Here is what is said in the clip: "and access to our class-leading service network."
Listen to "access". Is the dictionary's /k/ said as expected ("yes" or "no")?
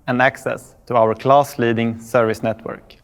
yes